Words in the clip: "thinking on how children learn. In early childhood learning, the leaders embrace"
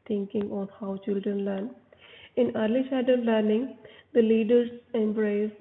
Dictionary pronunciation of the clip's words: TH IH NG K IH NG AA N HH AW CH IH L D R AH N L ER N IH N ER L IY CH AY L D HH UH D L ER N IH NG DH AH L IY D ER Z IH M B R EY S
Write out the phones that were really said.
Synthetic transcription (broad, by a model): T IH NG K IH NG AA N HH AW CH IH L D R AH N L ER N IH N ER L IY SH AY D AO L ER N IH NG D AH L IY D ER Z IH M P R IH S